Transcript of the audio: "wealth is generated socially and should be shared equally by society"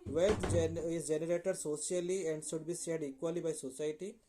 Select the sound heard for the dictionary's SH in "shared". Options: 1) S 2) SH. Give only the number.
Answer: 1